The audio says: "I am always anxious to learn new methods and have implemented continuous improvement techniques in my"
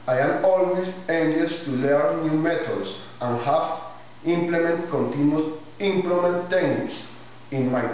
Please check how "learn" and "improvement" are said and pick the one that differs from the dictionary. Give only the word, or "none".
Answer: improvement